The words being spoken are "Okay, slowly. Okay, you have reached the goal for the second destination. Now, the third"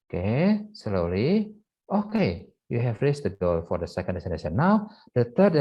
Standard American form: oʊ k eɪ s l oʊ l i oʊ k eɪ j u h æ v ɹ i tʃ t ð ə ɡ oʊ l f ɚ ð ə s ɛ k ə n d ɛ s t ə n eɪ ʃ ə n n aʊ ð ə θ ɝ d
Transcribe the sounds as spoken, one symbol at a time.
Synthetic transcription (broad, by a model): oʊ k eɪ s l oʊ l i oʊ k eɪ j u h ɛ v ɹ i s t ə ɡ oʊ f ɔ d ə s ɛ k ə n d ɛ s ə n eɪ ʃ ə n n aʊ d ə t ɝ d